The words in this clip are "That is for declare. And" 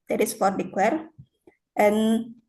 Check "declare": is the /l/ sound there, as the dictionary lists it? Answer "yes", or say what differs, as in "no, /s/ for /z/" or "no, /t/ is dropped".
no, /w/ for /l/